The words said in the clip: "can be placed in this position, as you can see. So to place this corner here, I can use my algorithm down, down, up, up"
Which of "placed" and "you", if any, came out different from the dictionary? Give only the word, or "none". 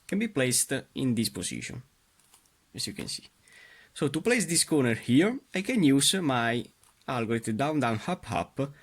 none